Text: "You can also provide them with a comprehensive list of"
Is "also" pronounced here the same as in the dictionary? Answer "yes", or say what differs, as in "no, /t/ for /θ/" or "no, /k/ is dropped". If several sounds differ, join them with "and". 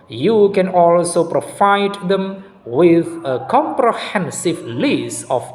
yes